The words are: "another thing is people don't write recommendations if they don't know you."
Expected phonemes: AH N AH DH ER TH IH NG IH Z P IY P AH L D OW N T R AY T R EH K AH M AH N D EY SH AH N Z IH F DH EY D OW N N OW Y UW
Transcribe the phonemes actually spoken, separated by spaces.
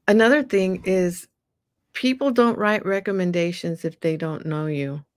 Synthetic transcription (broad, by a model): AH N AH DH ER TH IH NG IH Z P IY P L D OW N T R AY T R EH K AH M AH N D EY SH AH N Z IH F DH EY D OW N N OW Y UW